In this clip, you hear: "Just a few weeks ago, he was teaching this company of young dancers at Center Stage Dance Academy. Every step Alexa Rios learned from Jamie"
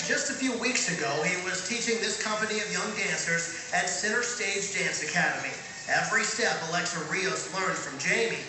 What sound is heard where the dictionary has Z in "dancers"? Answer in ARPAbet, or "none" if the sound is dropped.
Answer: Z